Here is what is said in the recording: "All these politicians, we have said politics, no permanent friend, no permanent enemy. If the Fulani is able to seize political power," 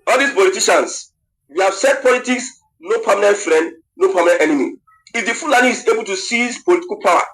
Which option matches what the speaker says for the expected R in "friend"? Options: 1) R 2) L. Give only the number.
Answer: 1